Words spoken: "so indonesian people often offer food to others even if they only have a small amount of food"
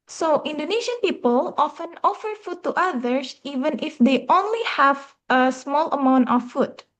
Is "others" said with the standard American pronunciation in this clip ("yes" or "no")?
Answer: no